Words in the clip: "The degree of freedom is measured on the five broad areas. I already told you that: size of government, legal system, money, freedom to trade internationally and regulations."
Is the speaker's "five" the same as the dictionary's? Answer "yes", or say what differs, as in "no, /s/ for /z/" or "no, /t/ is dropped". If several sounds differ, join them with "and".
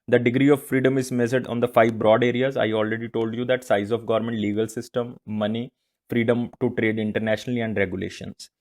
yes